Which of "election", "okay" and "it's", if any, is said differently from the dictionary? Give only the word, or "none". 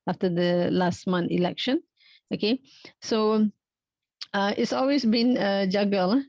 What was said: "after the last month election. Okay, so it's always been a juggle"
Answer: none